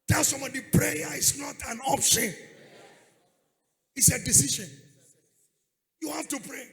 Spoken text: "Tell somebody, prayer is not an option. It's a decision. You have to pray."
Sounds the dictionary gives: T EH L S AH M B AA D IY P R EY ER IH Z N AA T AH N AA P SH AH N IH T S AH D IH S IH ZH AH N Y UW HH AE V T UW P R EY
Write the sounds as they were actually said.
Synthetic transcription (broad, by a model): T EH L S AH M B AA D IY P R EY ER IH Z N AA T AH N AA P SH AH N IH T S AH D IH S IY SH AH N Y UW HH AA F T UW P R EY